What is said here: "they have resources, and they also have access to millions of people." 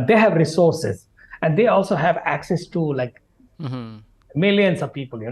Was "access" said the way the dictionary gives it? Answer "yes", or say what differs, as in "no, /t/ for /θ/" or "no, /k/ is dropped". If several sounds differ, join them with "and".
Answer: yes